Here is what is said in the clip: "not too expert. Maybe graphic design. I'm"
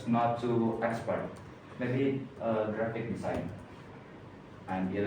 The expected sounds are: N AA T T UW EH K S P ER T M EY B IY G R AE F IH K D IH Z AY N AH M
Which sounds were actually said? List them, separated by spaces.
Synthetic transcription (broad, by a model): N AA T T UW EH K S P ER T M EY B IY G R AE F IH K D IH S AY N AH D